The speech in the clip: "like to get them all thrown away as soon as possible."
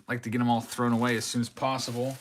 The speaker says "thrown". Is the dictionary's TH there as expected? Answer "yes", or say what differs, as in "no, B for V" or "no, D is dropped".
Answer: yes